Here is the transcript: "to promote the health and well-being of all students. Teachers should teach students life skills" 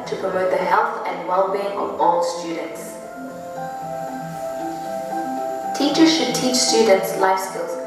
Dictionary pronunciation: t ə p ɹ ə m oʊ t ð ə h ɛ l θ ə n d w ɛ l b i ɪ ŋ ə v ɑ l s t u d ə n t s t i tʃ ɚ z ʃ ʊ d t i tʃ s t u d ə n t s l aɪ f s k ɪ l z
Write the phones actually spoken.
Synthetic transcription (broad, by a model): t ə p ɹ ə m oʊ t ð ə h ɛ l θ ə n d w ɛ l b i ɪ ŋ ə v ɑ l s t u d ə n t s t i tʃ ɚ z ʃ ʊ d t i tʃ s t u d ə n t s l aɪ f s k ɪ l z